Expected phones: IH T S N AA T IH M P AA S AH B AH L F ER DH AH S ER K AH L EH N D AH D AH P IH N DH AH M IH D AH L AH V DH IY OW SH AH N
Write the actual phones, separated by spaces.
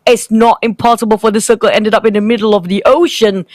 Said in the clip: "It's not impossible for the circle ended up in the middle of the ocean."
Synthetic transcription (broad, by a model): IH T S N AA T IH M P AA S AH B AH L F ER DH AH S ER K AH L EH N D AH D AH P IH N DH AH M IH D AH L AH V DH IY OW SH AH N